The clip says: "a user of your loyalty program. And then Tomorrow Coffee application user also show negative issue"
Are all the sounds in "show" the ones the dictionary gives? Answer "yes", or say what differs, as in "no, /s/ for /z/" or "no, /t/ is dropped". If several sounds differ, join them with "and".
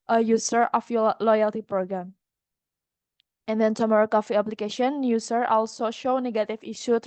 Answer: yes